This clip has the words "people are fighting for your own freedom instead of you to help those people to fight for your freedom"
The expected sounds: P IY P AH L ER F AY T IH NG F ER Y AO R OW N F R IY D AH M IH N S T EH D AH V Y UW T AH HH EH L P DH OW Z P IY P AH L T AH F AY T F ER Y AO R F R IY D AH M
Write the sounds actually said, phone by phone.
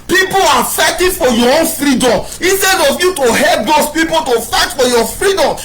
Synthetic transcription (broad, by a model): P IY P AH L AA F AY T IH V F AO Y AO OW N F R IY D AH M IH S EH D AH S Y UW T AH HH EH L P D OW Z P IY P AH L T AH F AY T F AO Y AO F R IY D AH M